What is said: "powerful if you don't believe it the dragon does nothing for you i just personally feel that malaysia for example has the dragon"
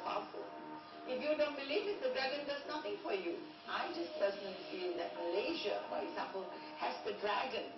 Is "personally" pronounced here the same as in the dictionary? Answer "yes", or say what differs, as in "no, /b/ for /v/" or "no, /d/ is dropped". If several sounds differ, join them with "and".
no, /l/ is dropped